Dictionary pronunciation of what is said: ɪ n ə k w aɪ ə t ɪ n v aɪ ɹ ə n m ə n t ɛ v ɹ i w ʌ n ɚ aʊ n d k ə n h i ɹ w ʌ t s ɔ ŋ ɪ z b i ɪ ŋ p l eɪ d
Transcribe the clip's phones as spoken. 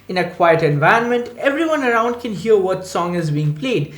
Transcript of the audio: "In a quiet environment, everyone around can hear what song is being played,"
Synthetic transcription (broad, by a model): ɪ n ə k w aɪ ə t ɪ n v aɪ ə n m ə n t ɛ v ɹ i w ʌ n ɚ aʊ n d k ə n h i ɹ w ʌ t s ɔ ŋ ɪ z b i ɪ ŋ p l eɪ d